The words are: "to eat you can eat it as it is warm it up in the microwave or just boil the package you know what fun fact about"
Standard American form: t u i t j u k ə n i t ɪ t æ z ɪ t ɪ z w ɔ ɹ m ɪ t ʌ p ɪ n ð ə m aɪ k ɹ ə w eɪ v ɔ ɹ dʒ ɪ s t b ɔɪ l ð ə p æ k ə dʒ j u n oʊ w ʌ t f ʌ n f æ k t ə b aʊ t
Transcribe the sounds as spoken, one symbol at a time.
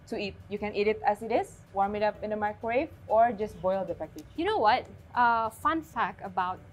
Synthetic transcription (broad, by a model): t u i t j u k ə n i t ɪ t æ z ɪ t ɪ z w ɔ ɹ m ɪ t ʌ p ɪ n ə m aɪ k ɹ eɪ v ɔ ɹ dʒ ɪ s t b ɔɪ l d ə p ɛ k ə j u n oʊ w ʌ t f ʌ n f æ k ə b aʊ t